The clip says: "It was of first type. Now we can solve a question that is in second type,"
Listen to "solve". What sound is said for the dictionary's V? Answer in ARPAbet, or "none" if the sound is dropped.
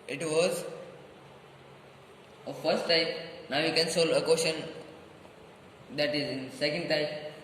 none